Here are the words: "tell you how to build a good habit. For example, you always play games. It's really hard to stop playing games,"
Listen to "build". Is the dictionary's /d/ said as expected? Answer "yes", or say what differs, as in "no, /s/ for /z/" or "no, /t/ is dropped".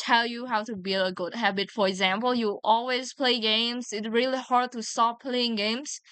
no, /d/ is dropped